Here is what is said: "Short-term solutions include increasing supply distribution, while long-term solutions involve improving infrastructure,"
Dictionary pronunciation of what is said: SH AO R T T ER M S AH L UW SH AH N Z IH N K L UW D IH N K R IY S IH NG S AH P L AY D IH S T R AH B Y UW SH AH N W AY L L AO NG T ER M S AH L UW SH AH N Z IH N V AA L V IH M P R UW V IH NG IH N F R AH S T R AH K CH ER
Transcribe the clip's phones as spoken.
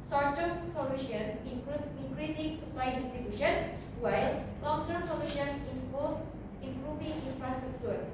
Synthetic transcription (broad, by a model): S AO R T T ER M S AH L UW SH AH N S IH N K UW IH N K R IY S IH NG S AH P L AY D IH S T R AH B Y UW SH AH N W AY L L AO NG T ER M S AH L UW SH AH N IH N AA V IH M P R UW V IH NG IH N F R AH S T R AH K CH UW